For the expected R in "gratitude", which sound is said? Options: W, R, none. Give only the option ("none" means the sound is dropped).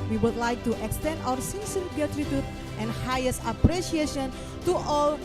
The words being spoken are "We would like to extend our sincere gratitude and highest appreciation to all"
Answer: none